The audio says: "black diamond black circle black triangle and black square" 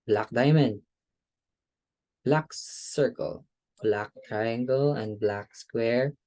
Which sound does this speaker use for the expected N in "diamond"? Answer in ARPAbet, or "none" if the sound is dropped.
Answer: N